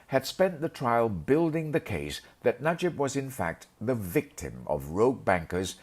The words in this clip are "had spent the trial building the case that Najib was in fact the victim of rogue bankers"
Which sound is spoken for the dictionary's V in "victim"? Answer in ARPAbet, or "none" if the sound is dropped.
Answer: V